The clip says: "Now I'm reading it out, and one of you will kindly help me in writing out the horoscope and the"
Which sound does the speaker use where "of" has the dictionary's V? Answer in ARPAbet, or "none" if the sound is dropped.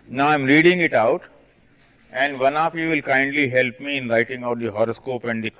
F